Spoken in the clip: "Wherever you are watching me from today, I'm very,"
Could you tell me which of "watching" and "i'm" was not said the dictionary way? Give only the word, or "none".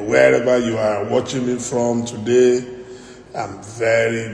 none